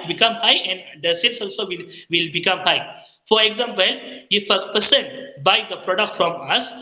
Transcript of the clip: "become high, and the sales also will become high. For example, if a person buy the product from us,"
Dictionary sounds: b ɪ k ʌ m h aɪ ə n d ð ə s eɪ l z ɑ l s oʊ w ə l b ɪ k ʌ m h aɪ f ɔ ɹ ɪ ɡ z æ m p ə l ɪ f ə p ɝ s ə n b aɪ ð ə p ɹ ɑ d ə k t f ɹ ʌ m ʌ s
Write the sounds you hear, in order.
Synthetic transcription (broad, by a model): b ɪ k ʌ m h aɪ ə n d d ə s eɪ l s ɑ l s oʊ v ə l b ɪ k ʌ m h aɪ f ɔ ɹ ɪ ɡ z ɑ m p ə l ɪ f ə p ɝ s ə n b aɪ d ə p ɹ ɑ d ə k t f ɹ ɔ m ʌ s